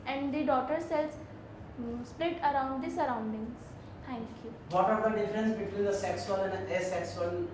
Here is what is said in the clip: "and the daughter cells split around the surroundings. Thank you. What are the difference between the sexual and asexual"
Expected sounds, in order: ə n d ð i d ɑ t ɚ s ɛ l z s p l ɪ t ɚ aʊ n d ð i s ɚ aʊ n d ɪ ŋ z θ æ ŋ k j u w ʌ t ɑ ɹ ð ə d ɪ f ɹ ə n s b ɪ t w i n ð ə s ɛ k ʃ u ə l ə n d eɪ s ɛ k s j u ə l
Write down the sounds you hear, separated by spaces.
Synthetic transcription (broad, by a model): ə n d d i d ɑ t ɚ s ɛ l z s p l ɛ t ɚ aʊ n d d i s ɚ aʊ n d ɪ ŋ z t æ ŋ k j u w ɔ t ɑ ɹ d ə d ɪ f ɹ ə n s b ɪ t w i n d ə s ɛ k s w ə n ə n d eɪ s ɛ k s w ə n